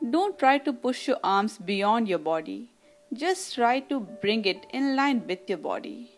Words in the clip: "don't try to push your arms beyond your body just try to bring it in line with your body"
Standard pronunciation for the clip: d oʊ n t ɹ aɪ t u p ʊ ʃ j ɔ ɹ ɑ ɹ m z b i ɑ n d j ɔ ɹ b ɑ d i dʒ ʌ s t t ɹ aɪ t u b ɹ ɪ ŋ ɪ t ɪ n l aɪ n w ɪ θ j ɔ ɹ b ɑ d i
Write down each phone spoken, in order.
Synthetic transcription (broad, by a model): d oʊ n t ɹ aɪ t u p ʊ ʃ j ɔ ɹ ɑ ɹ m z b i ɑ n d j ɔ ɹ b ɑ d i dʒ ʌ s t t ɹ aɪ t u b ɹ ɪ ŋ ɪ t ɪ n l aɪ n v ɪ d j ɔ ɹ b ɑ d i